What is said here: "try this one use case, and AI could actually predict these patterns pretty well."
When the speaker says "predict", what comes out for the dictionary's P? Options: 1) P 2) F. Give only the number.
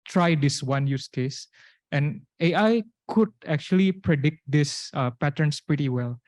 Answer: 1